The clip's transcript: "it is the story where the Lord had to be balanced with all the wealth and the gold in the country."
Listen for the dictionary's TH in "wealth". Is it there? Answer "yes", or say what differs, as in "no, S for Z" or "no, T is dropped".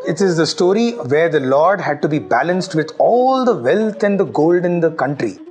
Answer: no, T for TH